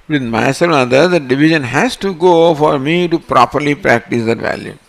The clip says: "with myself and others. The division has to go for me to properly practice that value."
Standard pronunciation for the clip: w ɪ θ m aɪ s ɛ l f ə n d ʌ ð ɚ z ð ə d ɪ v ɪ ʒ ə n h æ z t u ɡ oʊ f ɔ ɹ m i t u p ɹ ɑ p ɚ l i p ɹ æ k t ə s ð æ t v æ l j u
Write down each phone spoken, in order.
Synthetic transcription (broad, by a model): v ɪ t m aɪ s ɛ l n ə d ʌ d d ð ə d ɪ v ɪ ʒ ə n h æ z t u ɡ oʊ f ɔ ɹ m i t u p ɹ ɑ p ɚ l i p ɹ æ k t ə s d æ t v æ l j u